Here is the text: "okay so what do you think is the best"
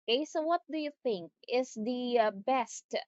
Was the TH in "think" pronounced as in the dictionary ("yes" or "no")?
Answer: yes